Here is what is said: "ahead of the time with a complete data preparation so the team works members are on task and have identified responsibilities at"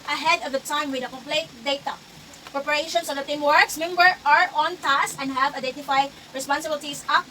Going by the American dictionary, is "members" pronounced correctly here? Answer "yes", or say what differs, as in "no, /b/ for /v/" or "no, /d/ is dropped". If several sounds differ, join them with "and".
no, /z/ is dropped